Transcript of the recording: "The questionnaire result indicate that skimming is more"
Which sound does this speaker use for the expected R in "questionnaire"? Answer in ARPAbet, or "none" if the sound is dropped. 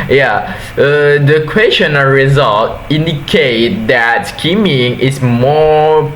L